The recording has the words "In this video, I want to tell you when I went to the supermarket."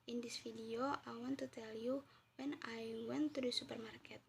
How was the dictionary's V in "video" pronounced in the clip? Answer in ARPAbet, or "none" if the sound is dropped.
F